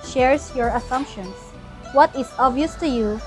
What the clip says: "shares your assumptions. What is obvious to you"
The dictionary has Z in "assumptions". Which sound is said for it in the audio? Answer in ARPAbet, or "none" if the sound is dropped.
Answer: S